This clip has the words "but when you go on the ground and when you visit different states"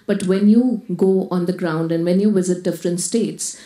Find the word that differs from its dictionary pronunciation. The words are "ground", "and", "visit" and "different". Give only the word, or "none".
none